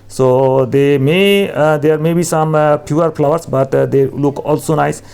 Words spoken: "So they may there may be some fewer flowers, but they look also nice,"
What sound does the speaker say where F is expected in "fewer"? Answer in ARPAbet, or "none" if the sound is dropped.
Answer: P